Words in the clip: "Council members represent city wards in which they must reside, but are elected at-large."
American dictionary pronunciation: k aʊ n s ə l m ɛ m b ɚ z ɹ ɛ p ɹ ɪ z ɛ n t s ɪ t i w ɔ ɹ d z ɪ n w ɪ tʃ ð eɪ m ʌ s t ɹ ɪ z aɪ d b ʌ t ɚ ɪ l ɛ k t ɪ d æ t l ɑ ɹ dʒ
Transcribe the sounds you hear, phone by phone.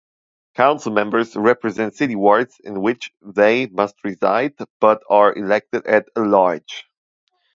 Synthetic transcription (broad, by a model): k aʊ n s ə l m ɛ m b ɚ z ɹ ɛ p ɹ ɪ z ɛ n t s ɪ t i w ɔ ɹ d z ɪ n w ɪ tʃ ð eɪ m ʌ s t ɹ ɪ z aɪ d b ʌ t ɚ ɪ l ɛ k t ɪ d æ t l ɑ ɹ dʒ